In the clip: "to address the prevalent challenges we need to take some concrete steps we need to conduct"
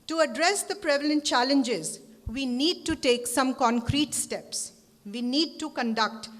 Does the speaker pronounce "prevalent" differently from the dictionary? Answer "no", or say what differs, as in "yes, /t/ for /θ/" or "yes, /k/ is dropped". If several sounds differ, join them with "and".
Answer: no